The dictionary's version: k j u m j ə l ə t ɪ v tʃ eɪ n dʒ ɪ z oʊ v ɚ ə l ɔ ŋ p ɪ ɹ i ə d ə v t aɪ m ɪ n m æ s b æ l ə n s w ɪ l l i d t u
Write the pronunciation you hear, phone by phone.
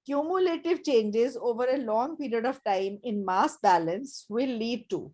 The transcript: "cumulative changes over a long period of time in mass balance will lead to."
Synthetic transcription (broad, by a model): k j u m j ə l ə t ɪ v tʃ eɪ n dʒ ɪ z oʊ v ɚ ə l ɔ ŋ p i ɹ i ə d ə v t aɪ m ɪ n m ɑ s b æ l ə n s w ɪ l l i d t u